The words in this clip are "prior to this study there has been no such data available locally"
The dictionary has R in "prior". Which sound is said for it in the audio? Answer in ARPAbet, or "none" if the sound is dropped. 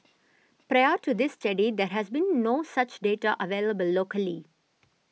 R